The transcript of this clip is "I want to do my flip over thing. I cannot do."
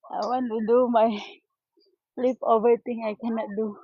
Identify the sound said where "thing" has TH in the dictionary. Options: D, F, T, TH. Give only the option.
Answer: T